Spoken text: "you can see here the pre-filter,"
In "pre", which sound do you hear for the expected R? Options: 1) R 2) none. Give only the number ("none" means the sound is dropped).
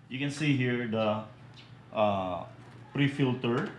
1